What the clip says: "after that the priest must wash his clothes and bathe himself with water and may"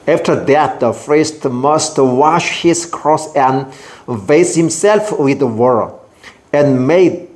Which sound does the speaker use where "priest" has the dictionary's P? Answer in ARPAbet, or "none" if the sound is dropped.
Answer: F